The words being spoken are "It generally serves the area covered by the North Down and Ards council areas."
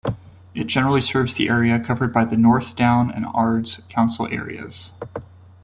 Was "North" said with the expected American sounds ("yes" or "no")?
yes